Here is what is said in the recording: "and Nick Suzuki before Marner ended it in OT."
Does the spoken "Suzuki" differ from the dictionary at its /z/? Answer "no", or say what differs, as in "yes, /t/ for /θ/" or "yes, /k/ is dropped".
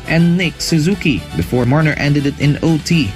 no